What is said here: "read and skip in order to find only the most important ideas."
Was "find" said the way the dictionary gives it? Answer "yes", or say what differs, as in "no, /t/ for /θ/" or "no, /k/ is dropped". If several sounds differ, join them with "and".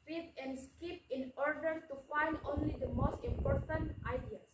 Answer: yes